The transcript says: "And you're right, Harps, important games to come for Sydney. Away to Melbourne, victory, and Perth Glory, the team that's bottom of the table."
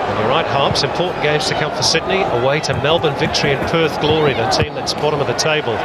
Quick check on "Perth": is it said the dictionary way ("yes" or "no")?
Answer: yes